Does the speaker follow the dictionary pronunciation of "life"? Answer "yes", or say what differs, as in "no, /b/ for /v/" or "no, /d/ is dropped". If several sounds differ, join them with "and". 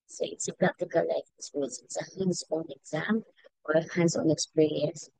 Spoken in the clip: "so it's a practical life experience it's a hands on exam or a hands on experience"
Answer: no, /f/ is dropped